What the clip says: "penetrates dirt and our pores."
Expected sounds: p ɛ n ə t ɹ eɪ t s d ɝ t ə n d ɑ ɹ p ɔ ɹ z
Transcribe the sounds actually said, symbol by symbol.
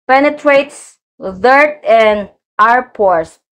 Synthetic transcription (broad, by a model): p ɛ n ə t ɹ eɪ t s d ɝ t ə n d ɑ ɹ p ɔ ɹ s